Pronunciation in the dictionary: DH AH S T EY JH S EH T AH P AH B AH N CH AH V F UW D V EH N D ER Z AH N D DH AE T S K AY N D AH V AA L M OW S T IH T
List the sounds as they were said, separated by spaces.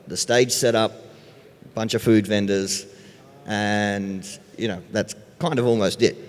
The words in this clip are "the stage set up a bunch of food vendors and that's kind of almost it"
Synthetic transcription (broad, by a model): DH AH S T EY JH S EH T AH P B AH N CH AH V F UW D V EH N D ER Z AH N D DH AE T S K AY N D AH V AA L M OW S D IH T